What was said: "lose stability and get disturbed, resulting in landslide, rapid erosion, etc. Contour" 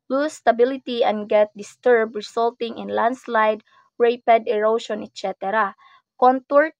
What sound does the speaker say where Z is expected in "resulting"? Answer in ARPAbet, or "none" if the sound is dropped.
S